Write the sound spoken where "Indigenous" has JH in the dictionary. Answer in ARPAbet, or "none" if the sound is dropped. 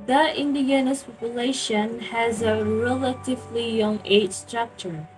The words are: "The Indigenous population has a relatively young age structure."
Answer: none